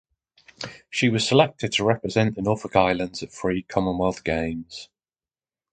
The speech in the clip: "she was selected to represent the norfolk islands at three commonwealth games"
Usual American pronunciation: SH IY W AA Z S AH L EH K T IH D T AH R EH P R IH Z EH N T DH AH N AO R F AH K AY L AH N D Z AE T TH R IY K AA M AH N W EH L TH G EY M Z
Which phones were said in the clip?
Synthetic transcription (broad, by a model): SH IY W AA Z S AH L EH K T IH D T AH R EH P R IH Z EH N T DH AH N AO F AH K AY L AH N D Z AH T F R IY K AA M AH N W EH L TH G EY M Z